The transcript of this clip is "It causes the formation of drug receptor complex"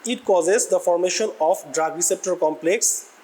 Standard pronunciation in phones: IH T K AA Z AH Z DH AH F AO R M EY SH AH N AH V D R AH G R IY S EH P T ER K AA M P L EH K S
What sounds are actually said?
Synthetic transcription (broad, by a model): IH T K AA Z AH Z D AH F AO R M EY SH AH N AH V D R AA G R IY S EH P T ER K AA M P L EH K S